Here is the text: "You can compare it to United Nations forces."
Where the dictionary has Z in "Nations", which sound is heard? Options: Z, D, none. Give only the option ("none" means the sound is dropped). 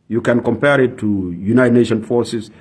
none